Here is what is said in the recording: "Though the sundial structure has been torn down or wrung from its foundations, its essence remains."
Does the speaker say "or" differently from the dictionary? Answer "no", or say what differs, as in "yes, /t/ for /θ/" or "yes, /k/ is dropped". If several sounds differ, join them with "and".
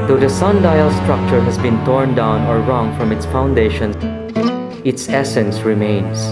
no